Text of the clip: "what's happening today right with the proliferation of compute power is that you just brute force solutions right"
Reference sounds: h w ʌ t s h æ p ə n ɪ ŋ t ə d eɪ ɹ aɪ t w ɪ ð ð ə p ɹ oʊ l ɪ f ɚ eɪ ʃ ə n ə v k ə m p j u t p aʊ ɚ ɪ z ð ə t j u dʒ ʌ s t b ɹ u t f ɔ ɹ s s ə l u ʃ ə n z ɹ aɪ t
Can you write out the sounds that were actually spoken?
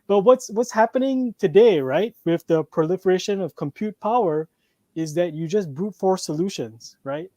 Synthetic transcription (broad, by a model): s w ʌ t s h æ p ə n ɪ ŋ t ə d eɪ ɹ aɪ t w ɪ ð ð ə p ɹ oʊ l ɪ f ɚ eɪ ʃ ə n ə v k ə m p j u t p aʊ ɚ ɪ z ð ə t j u dʒ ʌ s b u t f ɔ ɹ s s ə l u ʃ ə n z ɹ aɪ t